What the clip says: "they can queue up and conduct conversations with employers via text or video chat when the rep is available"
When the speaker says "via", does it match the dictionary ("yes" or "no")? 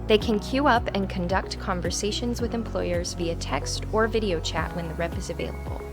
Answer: yes